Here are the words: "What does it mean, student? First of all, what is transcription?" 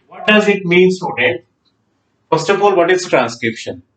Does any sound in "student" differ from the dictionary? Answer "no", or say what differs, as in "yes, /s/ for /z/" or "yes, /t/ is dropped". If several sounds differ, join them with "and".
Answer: yes, /n/ is dropped